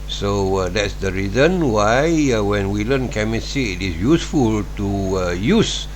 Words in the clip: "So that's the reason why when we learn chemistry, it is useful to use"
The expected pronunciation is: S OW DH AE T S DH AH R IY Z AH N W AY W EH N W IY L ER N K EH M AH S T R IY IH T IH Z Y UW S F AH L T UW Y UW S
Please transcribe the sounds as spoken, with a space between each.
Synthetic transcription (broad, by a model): S OW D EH T S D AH R IY Z AH N W AY W EH N W IY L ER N K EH M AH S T IY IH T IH S Y UW S F AH L T UW Y UW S